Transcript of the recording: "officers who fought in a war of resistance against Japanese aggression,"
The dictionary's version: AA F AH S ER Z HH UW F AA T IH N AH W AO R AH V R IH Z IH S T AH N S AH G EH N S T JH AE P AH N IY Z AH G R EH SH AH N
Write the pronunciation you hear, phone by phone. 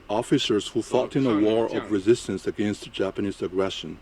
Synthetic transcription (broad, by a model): AA F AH S ER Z HH UW F AA T IH N AH W AO R AH V R IH Z IH S T AH N S AH G EH N S T JH AE P AH N IY Z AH G R EH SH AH N